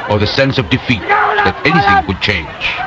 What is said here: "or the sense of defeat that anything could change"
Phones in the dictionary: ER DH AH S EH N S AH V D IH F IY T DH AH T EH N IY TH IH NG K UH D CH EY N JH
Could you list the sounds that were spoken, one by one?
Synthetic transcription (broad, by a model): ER DH AH S EH N S AH V D IH F IY T DH AH T EH N IY TH IH NG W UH D CH EY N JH